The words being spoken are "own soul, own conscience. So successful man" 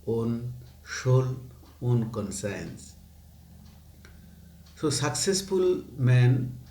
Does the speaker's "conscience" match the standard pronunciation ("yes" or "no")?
no